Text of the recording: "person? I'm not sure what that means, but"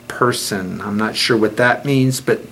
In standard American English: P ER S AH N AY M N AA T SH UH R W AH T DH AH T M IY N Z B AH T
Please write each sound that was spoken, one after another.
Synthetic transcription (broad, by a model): P ER S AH N AY M N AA T SH UH R W AH T DH AH T M IY N Z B AH T